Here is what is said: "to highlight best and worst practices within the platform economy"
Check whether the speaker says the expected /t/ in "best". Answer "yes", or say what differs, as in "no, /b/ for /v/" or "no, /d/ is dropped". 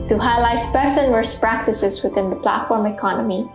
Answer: no, /t/ is dropped